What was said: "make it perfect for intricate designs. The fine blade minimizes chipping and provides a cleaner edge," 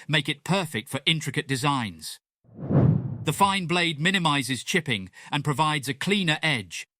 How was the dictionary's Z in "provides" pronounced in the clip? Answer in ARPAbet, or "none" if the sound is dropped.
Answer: Z